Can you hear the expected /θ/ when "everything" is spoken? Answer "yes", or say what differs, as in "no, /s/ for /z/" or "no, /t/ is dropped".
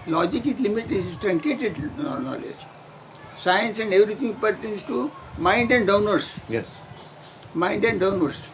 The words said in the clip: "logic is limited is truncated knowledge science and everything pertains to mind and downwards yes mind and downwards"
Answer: no, /t/ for /θ/